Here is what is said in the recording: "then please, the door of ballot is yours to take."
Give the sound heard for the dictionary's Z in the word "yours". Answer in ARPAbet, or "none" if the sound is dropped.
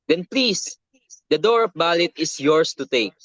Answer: S